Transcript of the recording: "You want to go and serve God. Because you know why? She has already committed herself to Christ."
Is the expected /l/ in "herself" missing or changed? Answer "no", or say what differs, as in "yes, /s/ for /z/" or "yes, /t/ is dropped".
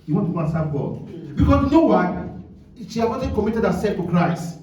yes, /l/ is dropped